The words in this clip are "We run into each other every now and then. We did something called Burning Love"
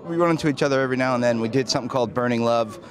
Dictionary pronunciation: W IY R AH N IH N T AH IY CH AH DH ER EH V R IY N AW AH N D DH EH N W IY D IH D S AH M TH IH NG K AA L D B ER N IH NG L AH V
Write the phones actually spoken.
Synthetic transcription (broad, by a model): W IY W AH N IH N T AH IY CH AH DH ER EH V R IY N AW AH N DH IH N W IY D IH D S AH M TH IH NG K AA L D B ER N IH NG L AH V